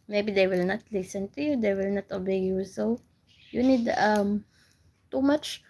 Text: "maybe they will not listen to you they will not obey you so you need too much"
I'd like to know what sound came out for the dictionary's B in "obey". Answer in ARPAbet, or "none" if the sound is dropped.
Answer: B